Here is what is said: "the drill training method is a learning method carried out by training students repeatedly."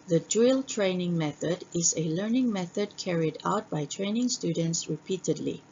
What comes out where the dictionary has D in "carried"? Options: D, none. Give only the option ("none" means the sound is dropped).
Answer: D